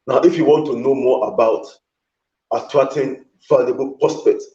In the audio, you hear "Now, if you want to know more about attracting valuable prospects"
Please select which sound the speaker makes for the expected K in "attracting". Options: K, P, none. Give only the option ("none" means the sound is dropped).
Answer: none